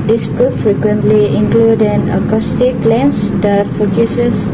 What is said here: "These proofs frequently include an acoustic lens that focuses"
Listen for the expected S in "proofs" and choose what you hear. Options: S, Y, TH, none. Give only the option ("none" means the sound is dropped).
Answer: none